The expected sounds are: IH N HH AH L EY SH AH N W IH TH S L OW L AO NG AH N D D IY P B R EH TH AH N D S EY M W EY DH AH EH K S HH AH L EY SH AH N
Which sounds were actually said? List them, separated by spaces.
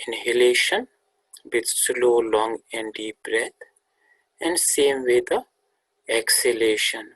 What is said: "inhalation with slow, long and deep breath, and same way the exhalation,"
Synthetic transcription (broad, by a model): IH N HH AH L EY SH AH N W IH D S L OW L AO NG AH N D D IY P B R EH T AH N D S EY M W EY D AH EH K S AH L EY SH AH N